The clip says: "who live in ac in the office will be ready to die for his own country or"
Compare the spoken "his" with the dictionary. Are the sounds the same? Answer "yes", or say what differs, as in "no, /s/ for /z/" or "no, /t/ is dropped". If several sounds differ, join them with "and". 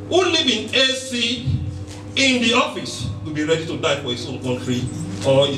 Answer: no, /s/ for /z/